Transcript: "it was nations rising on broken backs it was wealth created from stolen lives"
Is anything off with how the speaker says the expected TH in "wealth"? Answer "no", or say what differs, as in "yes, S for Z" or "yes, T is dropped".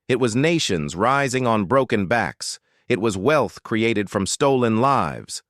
no